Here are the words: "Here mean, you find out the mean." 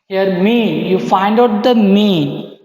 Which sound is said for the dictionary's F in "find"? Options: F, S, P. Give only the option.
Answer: F